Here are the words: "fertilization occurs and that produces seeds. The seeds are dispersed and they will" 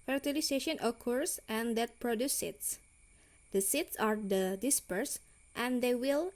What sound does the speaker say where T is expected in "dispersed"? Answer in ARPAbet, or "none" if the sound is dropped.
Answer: T